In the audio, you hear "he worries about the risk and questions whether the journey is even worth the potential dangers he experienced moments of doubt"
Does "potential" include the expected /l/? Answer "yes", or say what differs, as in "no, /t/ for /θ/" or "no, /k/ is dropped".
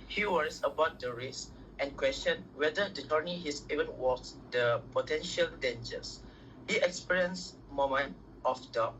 yes